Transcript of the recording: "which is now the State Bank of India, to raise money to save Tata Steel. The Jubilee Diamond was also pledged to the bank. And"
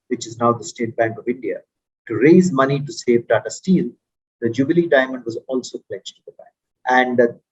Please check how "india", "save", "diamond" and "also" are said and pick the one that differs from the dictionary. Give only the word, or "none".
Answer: none